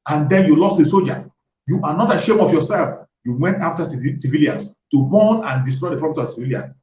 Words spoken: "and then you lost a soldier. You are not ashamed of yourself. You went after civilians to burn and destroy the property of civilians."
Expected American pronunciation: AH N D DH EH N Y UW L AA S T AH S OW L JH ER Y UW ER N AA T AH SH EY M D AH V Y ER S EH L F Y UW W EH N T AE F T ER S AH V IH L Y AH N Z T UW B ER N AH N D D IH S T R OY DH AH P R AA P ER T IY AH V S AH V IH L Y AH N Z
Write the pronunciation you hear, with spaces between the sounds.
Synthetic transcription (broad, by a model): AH N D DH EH N Y UW L AA S T AH S OW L JH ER Y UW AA N AA T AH SH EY M AH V Y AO S EH L F Y UW W EH N T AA F T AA S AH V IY L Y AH N S T UW B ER N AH N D D IH S T R OY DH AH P R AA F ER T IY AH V S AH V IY L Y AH N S